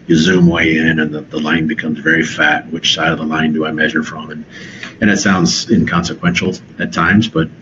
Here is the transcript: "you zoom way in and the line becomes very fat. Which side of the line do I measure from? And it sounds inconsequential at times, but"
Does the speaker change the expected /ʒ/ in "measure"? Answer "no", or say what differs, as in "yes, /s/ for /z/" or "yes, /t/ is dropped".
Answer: no